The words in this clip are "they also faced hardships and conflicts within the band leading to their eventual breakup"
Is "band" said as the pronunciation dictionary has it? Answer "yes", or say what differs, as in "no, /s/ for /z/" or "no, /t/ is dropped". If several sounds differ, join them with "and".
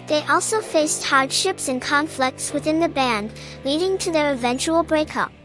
yes